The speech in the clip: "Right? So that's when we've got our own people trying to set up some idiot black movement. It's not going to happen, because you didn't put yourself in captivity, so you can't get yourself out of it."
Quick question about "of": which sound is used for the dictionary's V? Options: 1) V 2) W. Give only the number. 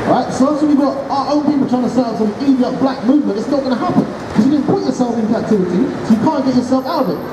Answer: 1